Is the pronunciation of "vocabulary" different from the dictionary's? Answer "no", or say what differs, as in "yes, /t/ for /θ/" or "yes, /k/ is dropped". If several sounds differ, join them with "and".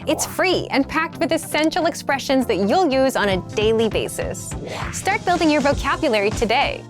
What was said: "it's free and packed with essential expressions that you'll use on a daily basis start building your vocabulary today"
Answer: no